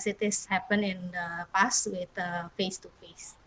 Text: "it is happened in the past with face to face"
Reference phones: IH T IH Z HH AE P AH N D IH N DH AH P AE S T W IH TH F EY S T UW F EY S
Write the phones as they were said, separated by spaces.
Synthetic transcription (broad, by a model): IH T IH S HH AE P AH N IH N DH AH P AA S W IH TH F EY S T UW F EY S